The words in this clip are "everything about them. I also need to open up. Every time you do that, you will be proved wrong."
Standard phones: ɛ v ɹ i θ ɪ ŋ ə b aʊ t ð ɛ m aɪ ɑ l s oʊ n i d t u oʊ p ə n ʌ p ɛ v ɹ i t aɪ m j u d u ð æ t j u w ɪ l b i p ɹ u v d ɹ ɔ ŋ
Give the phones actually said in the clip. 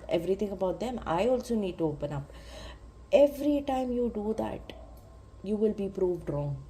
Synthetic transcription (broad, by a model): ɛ v ɹ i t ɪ ŋ ə b aʊ t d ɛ m aɪ ɑ l s oʊ n i d t u oʊ p ə n ʌ p ɛ v ɹ i t aɪ m j u d u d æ t j u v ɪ l b i p ɹ u v d ɹ ɔ ŋ